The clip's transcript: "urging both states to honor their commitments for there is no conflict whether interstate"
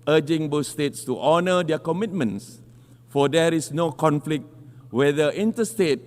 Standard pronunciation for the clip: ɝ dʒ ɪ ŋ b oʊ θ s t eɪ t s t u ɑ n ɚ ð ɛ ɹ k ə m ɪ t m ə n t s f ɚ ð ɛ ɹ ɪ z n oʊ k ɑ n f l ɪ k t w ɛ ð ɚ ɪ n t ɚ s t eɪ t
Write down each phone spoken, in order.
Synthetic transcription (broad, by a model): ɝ dʒ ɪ ŋ b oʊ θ s t eɪ t s t u ɑ n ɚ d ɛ k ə m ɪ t m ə n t s f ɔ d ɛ ɹ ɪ s n oʊ k ɑ n f l ɪ k t w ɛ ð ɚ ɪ n t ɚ s t eɪ t